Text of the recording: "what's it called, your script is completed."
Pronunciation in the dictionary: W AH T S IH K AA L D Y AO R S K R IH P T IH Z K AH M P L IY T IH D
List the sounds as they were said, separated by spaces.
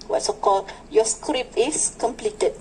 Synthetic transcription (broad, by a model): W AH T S IH K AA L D Y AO S K R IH P IH S K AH M P L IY T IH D